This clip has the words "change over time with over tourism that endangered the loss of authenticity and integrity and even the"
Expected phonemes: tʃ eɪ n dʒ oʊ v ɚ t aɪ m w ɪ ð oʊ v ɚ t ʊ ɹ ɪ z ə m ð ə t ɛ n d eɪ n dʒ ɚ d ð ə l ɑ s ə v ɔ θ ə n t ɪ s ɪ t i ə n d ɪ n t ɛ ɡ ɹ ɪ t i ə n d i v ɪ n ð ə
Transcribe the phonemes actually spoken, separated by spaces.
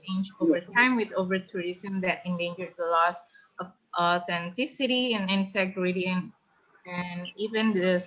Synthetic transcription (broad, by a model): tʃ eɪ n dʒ oʊ v ɚ t aɪ m w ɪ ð oʊ v ɚ t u ɹ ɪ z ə m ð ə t ɛ n d eɪ n dʒ ɚ d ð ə l ɑ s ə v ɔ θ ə n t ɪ s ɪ t i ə n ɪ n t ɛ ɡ ɹ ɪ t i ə n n i v ɪ n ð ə